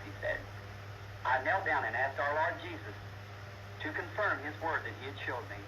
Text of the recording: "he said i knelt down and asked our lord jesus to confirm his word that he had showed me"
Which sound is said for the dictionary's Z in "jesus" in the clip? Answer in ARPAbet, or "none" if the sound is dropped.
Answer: Z